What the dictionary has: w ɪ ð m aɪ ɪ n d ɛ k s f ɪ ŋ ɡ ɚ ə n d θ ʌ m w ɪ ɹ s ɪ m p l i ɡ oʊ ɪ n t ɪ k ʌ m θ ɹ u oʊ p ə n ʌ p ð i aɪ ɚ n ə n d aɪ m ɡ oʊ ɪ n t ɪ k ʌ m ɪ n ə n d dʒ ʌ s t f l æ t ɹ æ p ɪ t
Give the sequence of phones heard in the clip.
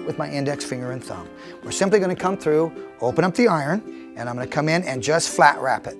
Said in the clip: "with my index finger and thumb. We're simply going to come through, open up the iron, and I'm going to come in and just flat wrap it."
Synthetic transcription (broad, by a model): w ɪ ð m aɪ ɪ n d ɛ k s f ɪ ŋ ɡ ɚ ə n θ ʌ m w ɪ ɹ s ɪ m p l i ɡ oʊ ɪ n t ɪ k ʌ m θ ɹ u oʊ p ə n ʌ p ð i aɪ ɚ n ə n aɪ m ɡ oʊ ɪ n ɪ k ʌ m ɪ n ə n dʒ ʌ s t f l æ t ɹ æ p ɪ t